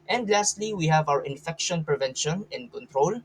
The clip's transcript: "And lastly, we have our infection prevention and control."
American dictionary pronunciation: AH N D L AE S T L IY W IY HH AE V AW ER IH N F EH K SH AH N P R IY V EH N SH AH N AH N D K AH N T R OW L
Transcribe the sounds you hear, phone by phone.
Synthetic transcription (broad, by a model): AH N D L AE S T L IY W IY HH AE V AW ER IH N F EH K SH AH N P R IY V EH N SH AH N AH N K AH N T R OW L